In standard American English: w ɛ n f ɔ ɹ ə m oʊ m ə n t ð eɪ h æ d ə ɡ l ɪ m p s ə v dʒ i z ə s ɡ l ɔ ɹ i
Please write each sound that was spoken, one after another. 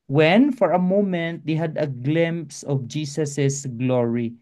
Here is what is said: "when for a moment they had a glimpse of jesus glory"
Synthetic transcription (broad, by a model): w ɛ n f ɔ ɹ ə m oʊ m ə n t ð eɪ h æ d ə ɡ l ɪ m p s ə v dʒ i s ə s ɡ l ɔ ɹ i